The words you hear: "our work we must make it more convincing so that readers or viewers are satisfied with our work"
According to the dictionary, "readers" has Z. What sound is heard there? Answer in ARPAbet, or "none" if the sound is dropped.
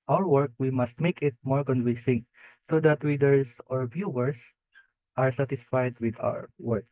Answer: S